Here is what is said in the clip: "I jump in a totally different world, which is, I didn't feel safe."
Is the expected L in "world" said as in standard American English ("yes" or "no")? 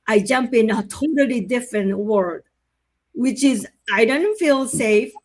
no